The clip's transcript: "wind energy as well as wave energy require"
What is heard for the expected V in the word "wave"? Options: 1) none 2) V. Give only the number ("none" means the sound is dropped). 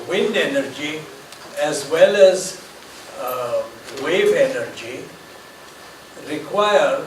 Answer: 2